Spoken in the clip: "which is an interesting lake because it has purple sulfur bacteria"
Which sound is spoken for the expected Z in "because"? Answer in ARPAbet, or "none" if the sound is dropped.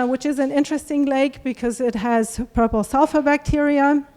Z